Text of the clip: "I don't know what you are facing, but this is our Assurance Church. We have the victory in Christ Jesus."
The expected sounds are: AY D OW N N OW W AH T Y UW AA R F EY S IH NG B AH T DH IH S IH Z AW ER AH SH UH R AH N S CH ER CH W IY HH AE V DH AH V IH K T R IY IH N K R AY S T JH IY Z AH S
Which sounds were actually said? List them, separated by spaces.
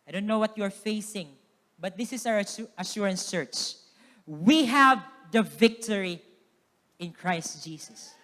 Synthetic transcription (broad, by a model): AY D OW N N OW W AH T Y UW AA R F EY S IH NG B AH T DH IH S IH S AW ER AH SH UH R AH N S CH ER CH W IY HH AE V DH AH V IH K T R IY IH N K R AY S T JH IY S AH S